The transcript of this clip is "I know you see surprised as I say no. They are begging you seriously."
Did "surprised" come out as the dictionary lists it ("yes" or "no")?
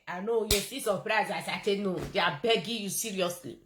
no